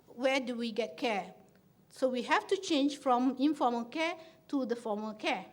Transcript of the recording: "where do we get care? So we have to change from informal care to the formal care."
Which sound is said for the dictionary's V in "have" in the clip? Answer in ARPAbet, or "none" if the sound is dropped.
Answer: F